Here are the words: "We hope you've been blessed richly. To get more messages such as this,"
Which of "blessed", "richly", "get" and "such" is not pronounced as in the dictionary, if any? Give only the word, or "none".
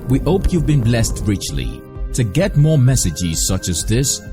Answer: none